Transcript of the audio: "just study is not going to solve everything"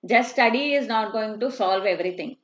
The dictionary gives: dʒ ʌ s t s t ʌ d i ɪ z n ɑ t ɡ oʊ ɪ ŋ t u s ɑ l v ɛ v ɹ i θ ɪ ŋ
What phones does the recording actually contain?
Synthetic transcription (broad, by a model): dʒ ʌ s s t ʌ d i ɪ z n ɑ t ɡ oʊ ɪ ŋ t u s ɑ l v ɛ v ɹ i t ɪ ŋ